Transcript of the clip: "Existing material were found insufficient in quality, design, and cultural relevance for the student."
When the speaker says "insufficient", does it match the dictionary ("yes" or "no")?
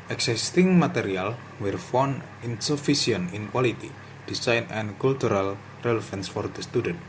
no